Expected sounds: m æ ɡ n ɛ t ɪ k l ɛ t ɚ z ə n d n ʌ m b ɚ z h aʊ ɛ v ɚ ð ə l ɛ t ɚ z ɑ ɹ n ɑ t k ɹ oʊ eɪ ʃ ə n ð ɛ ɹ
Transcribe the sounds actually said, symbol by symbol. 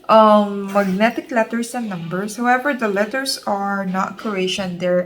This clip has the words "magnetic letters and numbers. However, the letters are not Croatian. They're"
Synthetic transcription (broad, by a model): m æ ɡ n ɛ t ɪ k l ɛ t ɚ s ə n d n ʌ m b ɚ s h aʊ ɛ v ɚ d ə l ɛ t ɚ s ɑ ɹ n ɑ t k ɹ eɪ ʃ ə n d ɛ ɹ